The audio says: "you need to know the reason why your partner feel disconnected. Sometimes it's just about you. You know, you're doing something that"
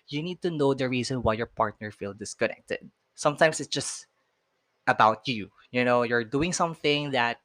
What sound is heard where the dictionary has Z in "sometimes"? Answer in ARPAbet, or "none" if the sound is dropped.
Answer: S